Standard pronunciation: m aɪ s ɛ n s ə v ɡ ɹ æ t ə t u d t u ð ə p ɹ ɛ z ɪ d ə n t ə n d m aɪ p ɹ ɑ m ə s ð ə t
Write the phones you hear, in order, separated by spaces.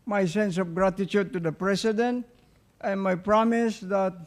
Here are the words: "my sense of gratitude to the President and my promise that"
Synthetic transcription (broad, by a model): m aɪ s ɛ n s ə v ɡ ɹ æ t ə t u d t u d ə p ɹ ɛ s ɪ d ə n t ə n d m aɪ p ɹ ɑ m ə s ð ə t